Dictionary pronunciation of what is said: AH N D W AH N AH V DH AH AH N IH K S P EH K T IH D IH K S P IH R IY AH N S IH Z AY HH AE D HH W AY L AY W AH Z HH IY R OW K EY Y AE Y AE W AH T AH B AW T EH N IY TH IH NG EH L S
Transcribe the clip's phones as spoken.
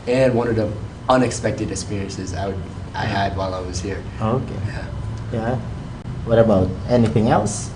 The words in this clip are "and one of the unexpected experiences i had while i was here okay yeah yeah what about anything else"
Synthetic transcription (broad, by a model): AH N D W AH N AH V DH AH AH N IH K S P EH K T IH D IH K S P IH R IY AH N S IH Z AY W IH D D W AY L AY W AH Z HH IY R OW K EY Y AE Y AE W AH T AH B AW T EH N IY TH IH NG EH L S